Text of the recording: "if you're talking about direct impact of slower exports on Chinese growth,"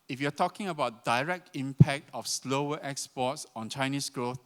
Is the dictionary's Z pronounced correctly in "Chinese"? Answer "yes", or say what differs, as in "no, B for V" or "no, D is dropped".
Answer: no, S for Z